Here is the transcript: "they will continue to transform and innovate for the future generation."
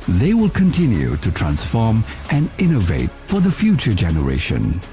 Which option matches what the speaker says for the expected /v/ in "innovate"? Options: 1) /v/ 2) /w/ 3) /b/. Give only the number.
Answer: 1